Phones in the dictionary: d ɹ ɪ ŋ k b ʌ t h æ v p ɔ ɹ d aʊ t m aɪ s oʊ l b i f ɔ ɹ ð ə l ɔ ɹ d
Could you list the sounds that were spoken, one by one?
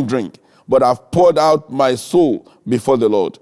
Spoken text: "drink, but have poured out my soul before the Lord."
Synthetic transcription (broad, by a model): d ɹ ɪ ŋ k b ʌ t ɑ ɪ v p ɔ ɹ d aʊ t m aɪ s oʊ l b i f ɔ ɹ ð ə l ɔ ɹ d